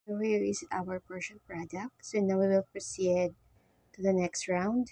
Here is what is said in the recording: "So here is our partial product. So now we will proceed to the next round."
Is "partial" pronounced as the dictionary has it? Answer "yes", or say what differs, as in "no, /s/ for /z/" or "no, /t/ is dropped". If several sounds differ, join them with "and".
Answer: no, /n/ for /l/